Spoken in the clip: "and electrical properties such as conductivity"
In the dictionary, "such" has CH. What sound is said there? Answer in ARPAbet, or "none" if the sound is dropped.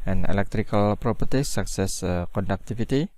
S